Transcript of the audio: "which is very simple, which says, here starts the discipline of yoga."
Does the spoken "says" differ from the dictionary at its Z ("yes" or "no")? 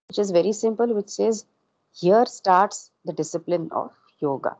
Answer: no